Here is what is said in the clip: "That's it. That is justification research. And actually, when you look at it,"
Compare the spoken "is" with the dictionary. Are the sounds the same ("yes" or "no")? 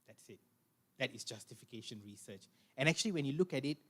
no